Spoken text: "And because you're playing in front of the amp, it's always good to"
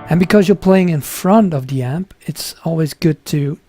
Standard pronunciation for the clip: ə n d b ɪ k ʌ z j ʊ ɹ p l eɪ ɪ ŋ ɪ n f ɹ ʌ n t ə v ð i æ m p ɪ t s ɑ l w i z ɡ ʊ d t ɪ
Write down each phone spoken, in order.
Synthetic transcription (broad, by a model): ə n b ɪ k ʌ z j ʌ ɹ p l eɪ ɪ ŋ ɪ n f ɹ ʌ n t ə v ð i æ m p ɪ t s ɑ l w i z ɡ ʊ d t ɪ